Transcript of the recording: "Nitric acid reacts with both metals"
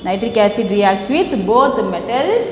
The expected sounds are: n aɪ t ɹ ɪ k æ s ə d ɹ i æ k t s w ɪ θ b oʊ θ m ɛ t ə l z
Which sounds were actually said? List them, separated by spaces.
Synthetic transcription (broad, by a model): n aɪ t ɹ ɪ k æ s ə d ɹ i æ k t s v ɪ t b oʊ t m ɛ t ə l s